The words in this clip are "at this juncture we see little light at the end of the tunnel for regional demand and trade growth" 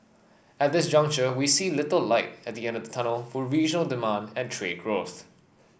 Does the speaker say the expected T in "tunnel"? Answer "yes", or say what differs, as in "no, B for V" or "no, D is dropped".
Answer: yes